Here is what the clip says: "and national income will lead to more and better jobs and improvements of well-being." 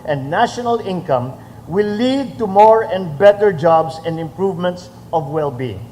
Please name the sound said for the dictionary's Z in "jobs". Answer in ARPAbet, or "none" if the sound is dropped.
S